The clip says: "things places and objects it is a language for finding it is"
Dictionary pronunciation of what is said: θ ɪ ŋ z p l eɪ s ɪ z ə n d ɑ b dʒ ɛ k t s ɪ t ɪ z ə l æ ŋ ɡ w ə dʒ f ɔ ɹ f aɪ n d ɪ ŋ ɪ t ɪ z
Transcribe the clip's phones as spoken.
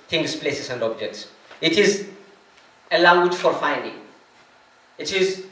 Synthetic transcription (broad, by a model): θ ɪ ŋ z p l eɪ s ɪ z ə n d ɑ b dʒ ɛ k t s ɪ t ɪ z ə l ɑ ŋ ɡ w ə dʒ f ɔ ɹ f aɪ n d ɪ ŋ ɪ t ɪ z